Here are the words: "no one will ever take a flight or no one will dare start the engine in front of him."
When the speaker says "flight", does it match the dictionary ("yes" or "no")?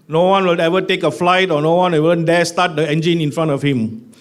yes